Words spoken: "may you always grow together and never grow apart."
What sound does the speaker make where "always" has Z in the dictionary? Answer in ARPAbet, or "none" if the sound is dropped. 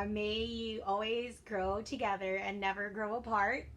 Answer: Z